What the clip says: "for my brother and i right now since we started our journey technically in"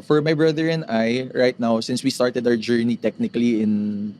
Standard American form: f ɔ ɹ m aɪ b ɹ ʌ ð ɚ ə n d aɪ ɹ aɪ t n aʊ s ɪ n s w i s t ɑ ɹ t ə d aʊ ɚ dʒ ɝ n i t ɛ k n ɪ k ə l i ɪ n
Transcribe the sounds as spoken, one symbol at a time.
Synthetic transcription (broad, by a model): f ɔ ɹ m aɪ b ɹ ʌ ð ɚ ə n d aɪ ɹ aɪ t n aʊ s ɪ n s w i s t ɑ ɹ t ə d aʊ ɚ dʒ ɝ n i t ɛ k n ɪ k ə l i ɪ n